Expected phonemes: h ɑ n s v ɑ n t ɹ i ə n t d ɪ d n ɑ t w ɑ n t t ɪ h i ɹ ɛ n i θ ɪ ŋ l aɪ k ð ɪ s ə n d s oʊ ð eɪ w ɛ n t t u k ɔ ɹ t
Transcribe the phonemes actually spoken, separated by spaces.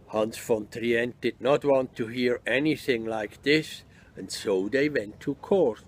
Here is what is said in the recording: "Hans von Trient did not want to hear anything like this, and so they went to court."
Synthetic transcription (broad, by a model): h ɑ n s f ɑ n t ɹ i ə n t d ɪ d n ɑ t w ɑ n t t ɪ h i ɹ ɛ n i θ ɪ ŋ l aɪ k ð ɪ s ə n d s oʊ ð eɪ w ɛ n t t u k ɔ ɹ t